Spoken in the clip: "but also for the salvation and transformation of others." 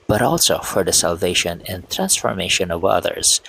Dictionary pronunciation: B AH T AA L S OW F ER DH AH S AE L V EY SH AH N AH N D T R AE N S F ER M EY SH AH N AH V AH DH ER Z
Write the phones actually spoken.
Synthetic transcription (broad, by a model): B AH T AA L S OW F ER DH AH S AE L V EY SH AH N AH N T R AE N S F ER M EY SH AH N AH V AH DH ER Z